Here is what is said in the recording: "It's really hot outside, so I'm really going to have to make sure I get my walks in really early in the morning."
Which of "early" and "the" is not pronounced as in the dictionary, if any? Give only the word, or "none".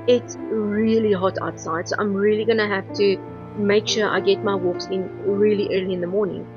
none